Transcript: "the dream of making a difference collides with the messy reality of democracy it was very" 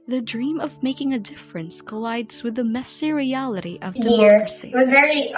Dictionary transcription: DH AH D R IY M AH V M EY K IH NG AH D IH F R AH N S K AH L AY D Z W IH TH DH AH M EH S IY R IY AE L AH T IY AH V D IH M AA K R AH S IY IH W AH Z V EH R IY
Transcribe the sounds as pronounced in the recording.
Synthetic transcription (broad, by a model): DH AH D R IY M AH V M EY K IH NG AH D IH F R AH N S K AH L AY D Z W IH DH AH M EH S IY R IY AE L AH T IY AH V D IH AH R S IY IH W AH Z V EH R IY